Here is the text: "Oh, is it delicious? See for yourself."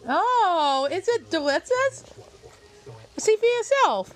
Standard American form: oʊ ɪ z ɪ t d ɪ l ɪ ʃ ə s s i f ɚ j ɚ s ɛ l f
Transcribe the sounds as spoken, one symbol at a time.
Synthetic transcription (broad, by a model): oʊ ɪ s ɪ t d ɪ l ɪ s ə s s i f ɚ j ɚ s ɛ l f